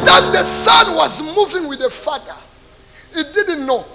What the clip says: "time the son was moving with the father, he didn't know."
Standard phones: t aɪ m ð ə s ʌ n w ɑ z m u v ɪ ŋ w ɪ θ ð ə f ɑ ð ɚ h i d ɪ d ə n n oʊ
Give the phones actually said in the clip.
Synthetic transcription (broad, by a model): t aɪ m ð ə s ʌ n w ɑ z m u v ɪ ŋ w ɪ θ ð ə f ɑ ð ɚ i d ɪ d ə n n oʊ